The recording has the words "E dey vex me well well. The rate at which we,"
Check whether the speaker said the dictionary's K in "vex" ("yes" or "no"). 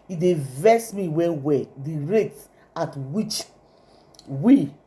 no